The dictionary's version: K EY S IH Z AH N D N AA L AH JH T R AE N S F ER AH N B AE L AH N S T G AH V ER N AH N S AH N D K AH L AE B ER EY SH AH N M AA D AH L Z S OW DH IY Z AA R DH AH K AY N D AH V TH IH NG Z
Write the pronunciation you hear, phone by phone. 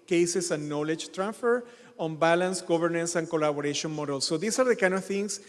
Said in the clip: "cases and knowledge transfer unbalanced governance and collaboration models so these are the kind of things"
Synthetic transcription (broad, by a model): K EY S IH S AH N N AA L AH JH T R AE N S F ER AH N B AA L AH N S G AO B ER N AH N S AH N K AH L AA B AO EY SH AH N M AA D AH L S OW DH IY S AA R DH AH K AY N D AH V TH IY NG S